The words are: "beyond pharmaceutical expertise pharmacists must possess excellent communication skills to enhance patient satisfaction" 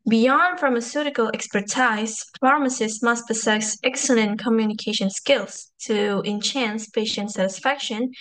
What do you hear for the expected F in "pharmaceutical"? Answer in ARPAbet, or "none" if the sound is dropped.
F